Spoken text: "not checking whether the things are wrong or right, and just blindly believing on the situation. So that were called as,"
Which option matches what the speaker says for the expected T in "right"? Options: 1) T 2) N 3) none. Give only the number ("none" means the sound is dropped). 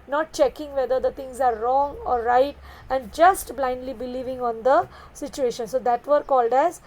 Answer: 1